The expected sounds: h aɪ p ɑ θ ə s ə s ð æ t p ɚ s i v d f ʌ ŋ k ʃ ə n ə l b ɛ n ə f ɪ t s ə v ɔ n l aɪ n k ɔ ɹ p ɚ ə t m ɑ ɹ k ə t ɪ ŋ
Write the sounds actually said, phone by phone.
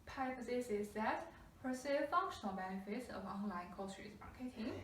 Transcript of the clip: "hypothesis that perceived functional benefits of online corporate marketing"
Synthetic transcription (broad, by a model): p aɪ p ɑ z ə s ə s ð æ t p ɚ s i f ʌ ŋ k ʃ ə n ə l b ɛ n ə f ɪ t s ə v ɔ n l aɪ n k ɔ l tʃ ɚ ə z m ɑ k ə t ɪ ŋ